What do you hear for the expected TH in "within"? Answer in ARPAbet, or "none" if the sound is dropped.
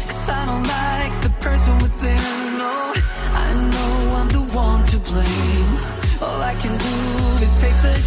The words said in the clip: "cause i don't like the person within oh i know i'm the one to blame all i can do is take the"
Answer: S